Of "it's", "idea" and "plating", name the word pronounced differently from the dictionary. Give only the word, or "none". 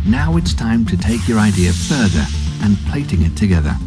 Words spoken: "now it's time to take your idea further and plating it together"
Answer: none